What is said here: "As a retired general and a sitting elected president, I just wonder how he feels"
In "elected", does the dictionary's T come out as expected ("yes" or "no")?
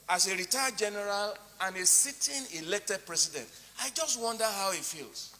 yes